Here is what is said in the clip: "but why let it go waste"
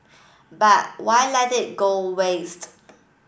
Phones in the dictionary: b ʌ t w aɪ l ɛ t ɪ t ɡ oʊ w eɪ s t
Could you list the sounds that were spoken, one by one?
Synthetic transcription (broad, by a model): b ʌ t w aɪ l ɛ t ɪ t ɡ oʊ w eɪ s t